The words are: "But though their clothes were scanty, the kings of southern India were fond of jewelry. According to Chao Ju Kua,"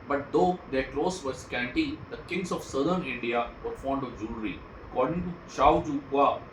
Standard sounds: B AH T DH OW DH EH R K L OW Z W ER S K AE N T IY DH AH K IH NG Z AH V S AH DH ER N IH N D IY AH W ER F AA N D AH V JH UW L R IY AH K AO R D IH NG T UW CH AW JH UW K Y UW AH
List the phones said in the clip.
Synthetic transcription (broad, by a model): B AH T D OW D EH R K L OW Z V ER S K AE N T IY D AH K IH NG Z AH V S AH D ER N IH N D IY AH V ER F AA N D AH V JH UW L R IY AH K AO R D IH NG T UW SH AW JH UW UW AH